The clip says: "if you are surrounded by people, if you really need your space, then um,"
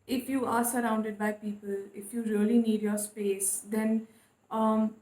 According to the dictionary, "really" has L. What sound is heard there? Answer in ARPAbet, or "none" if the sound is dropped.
L